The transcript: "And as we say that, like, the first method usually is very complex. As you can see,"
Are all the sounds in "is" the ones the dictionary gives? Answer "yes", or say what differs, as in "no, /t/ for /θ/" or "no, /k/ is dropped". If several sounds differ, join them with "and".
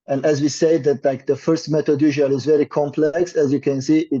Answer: yes